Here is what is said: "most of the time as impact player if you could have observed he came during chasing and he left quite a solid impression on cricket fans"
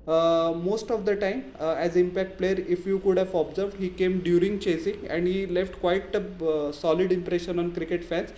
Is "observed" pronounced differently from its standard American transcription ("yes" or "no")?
no